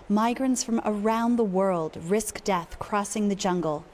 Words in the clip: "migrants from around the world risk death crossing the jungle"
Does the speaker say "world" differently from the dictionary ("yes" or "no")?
no